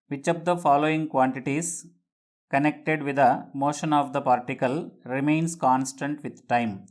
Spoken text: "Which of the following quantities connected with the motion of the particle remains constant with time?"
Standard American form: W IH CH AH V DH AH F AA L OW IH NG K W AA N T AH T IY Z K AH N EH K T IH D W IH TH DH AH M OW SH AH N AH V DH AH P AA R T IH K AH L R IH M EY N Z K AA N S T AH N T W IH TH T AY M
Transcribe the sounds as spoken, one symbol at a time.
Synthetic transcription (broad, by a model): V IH CH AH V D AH F AA L OW IH NG K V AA N T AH T IY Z K AH N EH K T IH D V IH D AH M OW SH AH N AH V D AH P AA R T IH K AH L R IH M EY N S K AA N S T AH N T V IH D T AY M